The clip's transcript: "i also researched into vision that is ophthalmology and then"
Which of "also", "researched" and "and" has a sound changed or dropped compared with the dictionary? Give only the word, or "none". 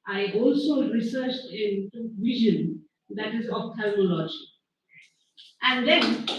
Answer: none